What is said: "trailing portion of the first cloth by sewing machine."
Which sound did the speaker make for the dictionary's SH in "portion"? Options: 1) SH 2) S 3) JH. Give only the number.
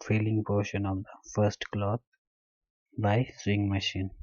1